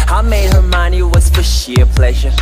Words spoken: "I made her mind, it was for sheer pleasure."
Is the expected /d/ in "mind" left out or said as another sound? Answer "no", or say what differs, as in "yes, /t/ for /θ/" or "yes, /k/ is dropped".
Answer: yes, /d/ is dropped